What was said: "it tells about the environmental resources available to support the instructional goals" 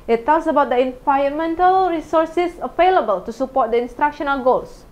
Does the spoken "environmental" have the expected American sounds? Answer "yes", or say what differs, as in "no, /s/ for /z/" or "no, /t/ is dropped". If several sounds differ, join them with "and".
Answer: no, /ɹ/ is dropped